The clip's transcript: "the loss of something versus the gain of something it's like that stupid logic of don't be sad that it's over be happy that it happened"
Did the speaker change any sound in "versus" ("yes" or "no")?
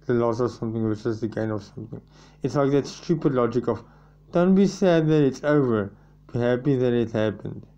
yes